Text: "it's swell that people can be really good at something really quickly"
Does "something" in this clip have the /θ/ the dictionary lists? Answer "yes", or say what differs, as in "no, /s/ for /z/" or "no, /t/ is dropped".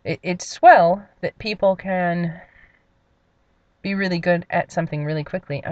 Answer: yes